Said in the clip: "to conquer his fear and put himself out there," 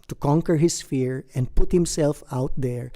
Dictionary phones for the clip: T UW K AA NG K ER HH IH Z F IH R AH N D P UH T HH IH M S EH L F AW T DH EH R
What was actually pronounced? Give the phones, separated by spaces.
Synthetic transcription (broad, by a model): T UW K AA NG K ER HH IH S F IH R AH N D P UH T HH IH M S EH L F AW T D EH R